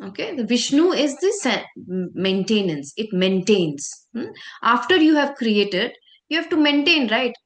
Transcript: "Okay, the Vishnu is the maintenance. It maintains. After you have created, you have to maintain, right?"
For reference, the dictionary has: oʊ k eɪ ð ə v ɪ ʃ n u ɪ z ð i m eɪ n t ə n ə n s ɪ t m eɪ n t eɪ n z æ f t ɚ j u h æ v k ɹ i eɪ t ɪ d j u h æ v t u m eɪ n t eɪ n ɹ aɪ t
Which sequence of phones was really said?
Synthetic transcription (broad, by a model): oʊ k eɪ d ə v ɪ ʃ n u ɪ z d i m eɪ n t ə n ə n s ɪ t m eɪ n t eɪ n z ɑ f t ɚ j u h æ v k ɹ i eɪ t ɪ d j u h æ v t u m eɪ n t eɪ n ɹ aɪ t